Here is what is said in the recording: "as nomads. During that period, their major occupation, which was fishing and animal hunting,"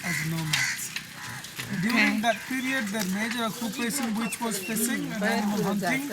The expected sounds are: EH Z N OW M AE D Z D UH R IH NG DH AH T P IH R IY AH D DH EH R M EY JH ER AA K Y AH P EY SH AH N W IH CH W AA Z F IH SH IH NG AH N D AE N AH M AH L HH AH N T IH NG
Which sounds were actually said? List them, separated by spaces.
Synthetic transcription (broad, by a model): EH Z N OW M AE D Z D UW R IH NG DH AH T P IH R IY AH D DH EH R M EY JH ER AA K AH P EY S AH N W IH CH W AA Z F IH S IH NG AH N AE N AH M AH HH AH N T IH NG